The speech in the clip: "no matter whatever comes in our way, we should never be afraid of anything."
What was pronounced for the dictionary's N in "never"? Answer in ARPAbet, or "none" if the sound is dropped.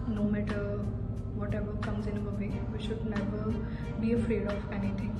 L